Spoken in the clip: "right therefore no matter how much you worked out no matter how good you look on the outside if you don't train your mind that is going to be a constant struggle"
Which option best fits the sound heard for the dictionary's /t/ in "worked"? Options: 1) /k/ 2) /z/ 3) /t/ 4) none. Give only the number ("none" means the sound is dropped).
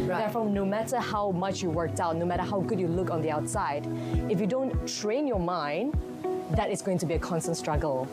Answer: 3